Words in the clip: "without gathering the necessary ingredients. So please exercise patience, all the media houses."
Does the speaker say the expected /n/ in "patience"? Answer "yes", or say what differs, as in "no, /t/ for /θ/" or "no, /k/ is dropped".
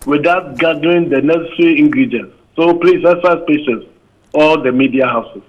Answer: no, /n/ is dropped